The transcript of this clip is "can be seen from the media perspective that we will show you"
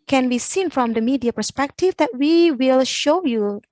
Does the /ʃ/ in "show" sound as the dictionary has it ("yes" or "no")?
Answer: yes